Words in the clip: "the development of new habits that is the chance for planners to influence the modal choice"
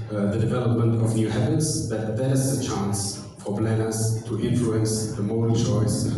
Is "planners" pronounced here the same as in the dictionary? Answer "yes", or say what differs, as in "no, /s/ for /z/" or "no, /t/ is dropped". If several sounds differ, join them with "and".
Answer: no, /b/ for /p/ and /s/ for /z/